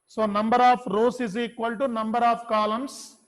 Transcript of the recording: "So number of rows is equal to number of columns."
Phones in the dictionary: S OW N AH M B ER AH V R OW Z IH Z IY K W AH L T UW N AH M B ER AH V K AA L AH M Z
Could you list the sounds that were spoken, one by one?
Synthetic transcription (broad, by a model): S OW N AH M B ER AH F R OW S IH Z IY K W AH L T UW N AH M B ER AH F K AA L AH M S